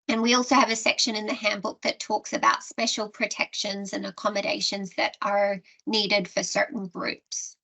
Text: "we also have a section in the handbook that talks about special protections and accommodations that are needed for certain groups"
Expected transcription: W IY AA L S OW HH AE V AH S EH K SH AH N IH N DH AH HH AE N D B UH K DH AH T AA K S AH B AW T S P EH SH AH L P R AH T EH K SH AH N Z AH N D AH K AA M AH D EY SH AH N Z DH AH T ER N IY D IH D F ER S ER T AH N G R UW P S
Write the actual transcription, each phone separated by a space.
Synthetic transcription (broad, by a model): W IY AA L S OW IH V AH S EH K SH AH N IH N DH AH HH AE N B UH K DH AH T AA K S AH B AW T S P EH SH L P R AH T EH K SH AH N Z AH N AH K AA M AH D EY SH AH N Z DH AH T ER N IY D IH D F ER S ER T N G R UW P S